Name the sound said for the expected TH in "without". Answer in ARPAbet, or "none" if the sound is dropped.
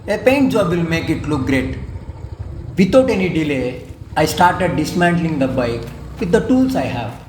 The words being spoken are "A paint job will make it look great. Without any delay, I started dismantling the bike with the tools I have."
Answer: T